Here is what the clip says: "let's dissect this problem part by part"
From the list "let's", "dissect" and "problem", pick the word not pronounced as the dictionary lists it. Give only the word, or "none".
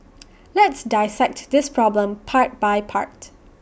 none